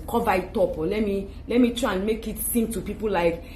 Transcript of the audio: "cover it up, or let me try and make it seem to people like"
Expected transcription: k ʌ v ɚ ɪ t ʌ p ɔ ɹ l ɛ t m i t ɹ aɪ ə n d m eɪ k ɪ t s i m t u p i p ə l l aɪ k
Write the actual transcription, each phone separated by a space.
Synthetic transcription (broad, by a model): k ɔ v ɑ ɪ t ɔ p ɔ l l ɛ t m i t ɹ aɪ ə n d m eɪ k ɪ t s i m t u p i p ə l l aɪ k